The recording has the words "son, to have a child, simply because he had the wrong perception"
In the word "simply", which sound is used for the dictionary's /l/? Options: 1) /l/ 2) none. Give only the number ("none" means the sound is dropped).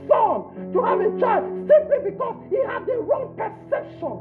1